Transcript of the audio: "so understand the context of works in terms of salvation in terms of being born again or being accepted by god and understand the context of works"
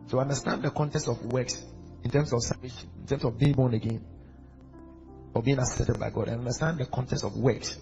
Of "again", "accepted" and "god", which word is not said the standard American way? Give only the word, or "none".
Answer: accepted